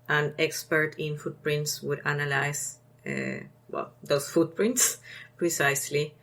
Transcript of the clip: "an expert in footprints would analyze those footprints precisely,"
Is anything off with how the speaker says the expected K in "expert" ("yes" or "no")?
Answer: no